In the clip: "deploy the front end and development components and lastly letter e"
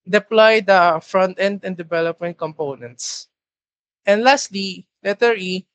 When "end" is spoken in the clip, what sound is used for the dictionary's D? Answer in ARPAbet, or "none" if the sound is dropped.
D